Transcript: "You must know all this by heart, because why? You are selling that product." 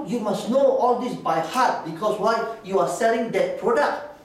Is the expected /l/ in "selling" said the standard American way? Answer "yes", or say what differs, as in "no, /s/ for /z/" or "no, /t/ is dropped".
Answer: yes